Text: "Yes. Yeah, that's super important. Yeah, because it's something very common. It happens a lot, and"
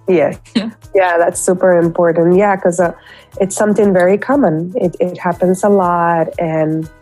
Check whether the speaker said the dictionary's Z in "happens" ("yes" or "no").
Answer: yes